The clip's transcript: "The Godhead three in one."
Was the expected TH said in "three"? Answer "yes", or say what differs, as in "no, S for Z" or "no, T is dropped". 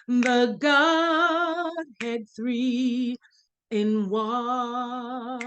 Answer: yes